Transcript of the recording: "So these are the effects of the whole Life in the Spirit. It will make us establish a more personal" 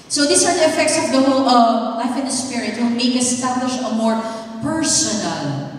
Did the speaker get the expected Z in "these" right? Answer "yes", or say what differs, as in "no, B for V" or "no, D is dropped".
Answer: no, S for Z